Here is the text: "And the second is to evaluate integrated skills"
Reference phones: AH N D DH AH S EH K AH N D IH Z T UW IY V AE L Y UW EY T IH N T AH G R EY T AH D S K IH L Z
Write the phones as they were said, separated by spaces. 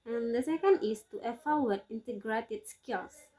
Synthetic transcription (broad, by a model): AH N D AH S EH K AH N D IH S T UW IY F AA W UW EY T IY N T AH G R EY T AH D S K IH L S